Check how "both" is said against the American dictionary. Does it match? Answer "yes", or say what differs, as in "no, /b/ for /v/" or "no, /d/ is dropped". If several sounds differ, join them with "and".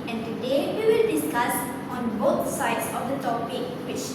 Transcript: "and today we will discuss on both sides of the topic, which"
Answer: no, /t/ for /θ/